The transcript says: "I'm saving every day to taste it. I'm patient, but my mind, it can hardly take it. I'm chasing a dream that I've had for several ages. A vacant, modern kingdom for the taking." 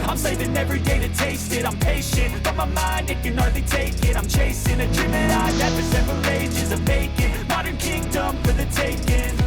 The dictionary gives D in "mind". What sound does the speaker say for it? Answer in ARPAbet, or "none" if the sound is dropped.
D